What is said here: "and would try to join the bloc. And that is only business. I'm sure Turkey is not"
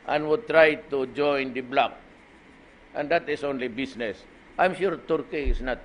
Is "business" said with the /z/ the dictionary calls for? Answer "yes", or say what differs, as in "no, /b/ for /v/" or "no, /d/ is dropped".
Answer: no, /s/ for /z/